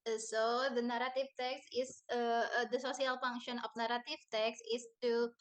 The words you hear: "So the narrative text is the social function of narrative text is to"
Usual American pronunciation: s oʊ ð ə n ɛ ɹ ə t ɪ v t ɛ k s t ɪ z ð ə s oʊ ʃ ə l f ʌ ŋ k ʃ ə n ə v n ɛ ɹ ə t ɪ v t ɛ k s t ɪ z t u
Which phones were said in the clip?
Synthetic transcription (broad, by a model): s oʊ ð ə n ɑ ɹ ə t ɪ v t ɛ k s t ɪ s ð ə s oʊ s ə l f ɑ ŋ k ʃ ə n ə f n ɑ ɹ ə t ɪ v t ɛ k s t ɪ s t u